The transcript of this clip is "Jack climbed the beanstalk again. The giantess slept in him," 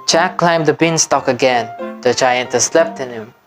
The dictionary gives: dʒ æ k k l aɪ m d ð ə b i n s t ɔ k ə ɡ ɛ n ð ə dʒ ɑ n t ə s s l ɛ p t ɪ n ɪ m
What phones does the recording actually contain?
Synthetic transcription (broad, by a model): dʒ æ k k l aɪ m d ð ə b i n s t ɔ k ə ɡ ɛ n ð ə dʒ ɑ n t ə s s l ɛ p t ɪ n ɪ m